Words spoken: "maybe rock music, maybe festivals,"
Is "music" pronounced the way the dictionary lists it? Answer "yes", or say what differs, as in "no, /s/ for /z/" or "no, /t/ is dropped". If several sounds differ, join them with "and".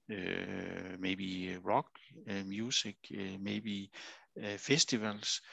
no, /s/ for /z/